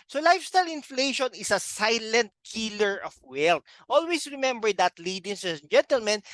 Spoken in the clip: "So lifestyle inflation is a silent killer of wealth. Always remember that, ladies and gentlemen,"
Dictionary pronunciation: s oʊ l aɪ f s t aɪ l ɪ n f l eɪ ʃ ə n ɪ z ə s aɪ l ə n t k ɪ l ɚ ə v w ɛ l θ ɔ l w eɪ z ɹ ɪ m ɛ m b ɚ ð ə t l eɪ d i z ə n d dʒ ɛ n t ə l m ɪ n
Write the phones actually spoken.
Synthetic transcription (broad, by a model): s oʊ l aɪ f s t aɪ l ɪ n f l eɪ ʃ ə n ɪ s ə s aɪ l ə n t k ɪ l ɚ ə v w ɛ l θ ɔ l w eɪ s ɹ ɪ m ɛ m b ɚ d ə t l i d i s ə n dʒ ɛ n t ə l m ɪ n